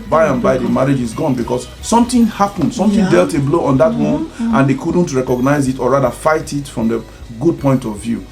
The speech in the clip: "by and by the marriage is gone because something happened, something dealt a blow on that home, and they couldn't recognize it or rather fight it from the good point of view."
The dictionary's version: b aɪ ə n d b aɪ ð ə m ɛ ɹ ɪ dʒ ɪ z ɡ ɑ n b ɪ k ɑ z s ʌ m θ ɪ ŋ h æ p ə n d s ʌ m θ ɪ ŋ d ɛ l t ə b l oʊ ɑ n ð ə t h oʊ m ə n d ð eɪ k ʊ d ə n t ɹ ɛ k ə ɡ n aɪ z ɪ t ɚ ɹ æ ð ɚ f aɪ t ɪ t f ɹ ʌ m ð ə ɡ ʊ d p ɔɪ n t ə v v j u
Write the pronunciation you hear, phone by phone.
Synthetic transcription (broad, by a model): b aɪ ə n b aɪ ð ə m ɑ ɹ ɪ dʒ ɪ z ɡ ɑ n b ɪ k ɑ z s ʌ m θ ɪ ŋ h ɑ p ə n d s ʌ m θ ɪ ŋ d ɛ l t ə b l oʊ ɑ n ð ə t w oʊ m ə n d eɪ k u d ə n t ɹ ɛ k ə ɡ n aɪ z ɪ t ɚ ɹ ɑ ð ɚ f aɪ t ɪ t f ɹ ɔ m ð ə ɡ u d p ɔɪ n t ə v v j u